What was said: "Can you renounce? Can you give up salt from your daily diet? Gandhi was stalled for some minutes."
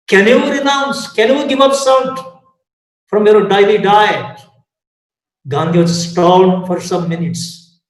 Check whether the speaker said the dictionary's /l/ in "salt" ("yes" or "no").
no